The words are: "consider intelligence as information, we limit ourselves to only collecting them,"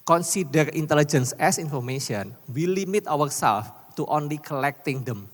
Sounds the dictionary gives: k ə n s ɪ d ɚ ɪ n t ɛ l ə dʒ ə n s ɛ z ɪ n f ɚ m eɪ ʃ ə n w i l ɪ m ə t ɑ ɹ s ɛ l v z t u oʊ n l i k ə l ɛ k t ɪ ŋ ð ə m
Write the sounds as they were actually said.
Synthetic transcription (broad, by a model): k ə n s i d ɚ ɪ n t ɛ l ə dʒ ə n s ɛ s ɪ n f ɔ m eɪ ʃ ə n w i l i m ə t ɑ ɹ s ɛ l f t u oʊ n l i k ə l ɛ k t ɪ ŋ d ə m